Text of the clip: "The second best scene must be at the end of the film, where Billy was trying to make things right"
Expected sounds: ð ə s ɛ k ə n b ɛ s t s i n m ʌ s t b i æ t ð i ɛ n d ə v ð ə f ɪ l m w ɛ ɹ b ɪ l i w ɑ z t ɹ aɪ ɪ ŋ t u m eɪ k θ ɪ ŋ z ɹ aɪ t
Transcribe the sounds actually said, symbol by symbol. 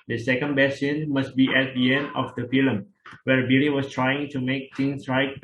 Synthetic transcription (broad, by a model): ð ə s ɛ k ə n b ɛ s s i n m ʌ s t b i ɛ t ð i ɛ n d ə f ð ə f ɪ l m w ɛ ɹ b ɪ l i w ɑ s t ɹ aɪ ɪ ŋ t u m eɪ k t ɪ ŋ s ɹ aɪ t